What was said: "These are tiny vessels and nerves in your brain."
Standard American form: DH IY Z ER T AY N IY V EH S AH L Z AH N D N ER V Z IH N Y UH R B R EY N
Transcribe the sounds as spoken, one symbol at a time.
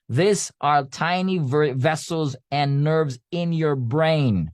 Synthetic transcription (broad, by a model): DH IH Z ER T AY N IY V EH S L Z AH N N ER V Z IH N Y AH R B R EY N